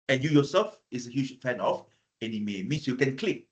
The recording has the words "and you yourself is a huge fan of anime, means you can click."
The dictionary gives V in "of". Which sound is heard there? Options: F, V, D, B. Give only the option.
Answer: F